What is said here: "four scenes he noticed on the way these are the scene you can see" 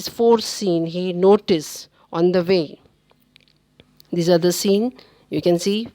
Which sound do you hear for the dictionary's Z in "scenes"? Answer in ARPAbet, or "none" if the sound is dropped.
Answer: none